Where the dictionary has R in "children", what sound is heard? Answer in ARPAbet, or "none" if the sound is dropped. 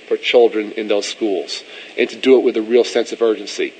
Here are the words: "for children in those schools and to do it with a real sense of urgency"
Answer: R